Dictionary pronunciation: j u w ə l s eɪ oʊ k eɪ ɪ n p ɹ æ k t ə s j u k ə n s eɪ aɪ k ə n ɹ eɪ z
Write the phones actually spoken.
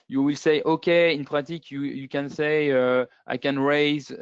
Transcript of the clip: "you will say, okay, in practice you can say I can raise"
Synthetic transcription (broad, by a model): j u w ə l s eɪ oʊ k eɪ ɪ n p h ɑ t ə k j u k ə n s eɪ aɪ k ə n ɹ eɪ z